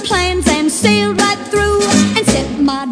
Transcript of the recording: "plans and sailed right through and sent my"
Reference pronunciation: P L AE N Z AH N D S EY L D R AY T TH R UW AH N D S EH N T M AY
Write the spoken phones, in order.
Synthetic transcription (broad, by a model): P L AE N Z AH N S EY L D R AY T TH R UW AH N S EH T M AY